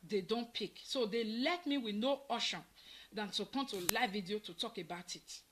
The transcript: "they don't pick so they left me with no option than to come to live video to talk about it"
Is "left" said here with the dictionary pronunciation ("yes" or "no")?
no